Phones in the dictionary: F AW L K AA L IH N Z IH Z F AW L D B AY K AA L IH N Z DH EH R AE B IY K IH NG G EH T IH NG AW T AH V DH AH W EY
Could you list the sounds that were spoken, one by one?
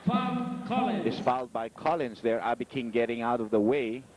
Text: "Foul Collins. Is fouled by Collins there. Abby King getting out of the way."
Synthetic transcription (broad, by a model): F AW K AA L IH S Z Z F AW L D B AY K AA L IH N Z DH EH R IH B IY K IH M G EH T IH NG AW T AH V DH AH W EY